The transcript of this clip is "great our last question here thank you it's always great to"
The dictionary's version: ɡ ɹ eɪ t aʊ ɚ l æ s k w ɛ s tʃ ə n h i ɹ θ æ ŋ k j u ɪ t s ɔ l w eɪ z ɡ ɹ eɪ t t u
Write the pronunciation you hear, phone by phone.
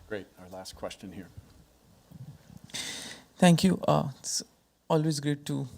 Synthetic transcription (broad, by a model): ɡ ɹ eɪ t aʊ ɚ l æ s k w ɛ s tʃ ə n h i ɹ t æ ŋ k j u ɪ t s ɔ l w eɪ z ɡ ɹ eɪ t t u